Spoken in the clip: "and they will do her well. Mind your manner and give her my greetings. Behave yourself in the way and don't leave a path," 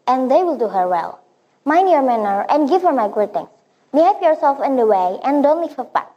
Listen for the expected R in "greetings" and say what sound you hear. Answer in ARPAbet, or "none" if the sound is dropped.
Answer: none